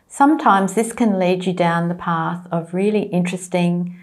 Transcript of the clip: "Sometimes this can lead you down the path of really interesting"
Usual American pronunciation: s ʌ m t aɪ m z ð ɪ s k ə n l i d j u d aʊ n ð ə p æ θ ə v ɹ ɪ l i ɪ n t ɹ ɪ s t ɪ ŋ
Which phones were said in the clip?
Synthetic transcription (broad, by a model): s ʌ m t aɪ m z ð ɪ s k ə n l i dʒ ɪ d aʊ n ð ə p æ θ ə v ɹ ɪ l i ɪ n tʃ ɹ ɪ s t ɪ ŋ